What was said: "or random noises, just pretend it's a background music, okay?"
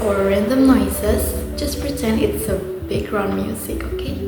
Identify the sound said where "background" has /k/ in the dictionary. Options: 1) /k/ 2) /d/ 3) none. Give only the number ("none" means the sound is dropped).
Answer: 3